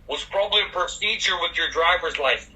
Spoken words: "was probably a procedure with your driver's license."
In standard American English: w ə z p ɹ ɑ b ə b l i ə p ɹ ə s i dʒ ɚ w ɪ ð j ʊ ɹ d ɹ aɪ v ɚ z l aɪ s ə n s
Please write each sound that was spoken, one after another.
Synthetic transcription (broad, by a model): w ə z p ɹ ɑ b ə b l i ə p ɹ ə s i dʒ ɚ w ɪ ð j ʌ ɹ d ɹ aɪ v ɚ z l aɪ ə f